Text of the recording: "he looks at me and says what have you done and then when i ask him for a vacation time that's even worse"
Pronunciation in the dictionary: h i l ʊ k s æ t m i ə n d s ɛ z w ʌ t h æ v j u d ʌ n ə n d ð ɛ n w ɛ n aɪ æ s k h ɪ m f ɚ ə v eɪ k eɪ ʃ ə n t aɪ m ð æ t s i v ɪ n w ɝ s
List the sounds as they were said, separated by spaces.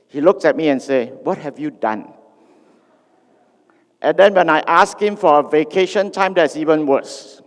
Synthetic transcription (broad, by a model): h i l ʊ k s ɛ t m i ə n s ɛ w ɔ t h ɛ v j u d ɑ n ə n d ɛ n w ɛ n aɪ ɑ s k h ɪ m f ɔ ə v eɪ k eɪ ʃ ə n t aɪ m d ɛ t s i v ɪ n w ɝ s